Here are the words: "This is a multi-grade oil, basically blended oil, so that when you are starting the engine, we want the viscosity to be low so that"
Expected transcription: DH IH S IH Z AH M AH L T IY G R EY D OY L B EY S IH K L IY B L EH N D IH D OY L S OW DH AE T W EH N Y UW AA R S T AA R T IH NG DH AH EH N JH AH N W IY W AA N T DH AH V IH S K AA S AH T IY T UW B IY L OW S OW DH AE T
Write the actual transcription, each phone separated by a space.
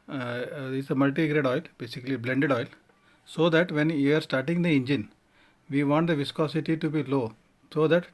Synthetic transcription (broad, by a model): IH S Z AH M AH L T IY G R EY D OY L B EY S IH K L IY B L EH N D IH D OY L S OW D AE T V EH N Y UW AA R S T AA R T IH NG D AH EH N JH AH N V IY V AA N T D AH V IH S K AA S AH T IY T UW B IY L OW S OW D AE T